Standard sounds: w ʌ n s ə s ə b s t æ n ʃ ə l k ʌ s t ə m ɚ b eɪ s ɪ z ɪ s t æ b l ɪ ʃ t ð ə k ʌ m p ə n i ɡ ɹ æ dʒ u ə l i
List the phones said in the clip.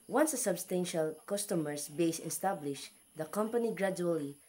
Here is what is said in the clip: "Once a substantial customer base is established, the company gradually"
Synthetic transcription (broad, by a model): w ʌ n s ə s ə b s t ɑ n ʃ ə l k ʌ s t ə m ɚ b eɪ ɪ s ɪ s t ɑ b l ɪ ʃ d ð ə k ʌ m p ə n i ɡ ɹ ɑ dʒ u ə l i